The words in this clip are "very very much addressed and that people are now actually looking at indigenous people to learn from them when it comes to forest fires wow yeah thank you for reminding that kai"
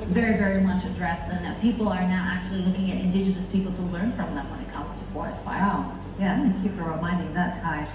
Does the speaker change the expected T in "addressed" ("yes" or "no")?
yes